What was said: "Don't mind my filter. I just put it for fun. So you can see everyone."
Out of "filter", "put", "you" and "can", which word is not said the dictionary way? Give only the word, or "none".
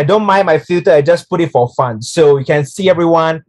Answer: filter